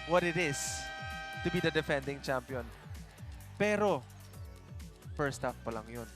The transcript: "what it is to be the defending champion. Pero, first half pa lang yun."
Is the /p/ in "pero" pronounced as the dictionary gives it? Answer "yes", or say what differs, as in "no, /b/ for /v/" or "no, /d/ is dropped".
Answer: yes